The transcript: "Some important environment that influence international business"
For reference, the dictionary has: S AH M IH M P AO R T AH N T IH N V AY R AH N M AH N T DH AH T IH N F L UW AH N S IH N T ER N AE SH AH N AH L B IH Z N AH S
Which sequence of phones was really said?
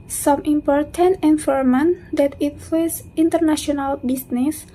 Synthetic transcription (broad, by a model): S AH M IH M P AO R T AH N T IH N F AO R M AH N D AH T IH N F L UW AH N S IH N T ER N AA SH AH N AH L B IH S N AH S